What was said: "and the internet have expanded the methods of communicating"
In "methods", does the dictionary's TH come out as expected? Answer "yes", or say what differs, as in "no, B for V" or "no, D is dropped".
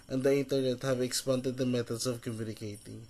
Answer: no, T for TH